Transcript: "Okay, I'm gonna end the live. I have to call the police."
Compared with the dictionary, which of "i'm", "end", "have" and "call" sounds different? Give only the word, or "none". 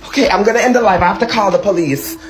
have